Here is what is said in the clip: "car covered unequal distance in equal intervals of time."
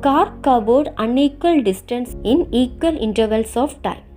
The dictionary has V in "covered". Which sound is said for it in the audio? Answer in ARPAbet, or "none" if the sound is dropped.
B